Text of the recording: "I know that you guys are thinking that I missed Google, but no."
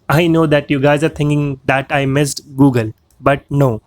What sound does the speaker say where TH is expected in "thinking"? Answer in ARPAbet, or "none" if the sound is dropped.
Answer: T